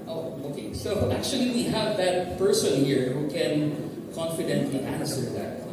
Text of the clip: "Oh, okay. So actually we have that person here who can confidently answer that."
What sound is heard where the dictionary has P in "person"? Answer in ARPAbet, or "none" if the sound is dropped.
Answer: P